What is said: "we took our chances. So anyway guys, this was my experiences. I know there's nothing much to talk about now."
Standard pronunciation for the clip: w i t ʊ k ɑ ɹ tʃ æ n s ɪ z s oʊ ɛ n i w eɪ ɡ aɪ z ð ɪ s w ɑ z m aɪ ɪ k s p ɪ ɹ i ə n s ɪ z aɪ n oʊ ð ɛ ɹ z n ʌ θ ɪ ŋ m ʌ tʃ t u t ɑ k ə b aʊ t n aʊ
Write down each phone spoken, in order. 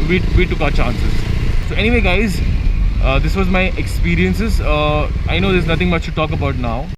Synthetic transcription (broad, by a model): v i t ʊ k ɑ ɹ tʃ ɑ n s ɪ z s oʊ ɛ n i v eɪ ɡ aɪ z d ɪ s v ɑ z m aɪ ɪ k s p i ɹ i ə n s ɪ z aɪ n oʊ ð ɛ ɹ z n ʌ t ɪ ŋ m ʌ tʃ t u t ɑ k ə b aʊ t n aʊ